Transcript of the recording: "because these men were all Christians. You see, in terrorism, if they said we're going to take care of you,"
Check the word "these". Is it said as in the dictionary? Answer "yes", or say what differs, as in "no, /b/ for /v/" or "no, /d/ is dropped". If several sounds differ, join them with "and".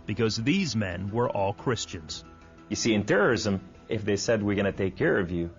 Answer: yes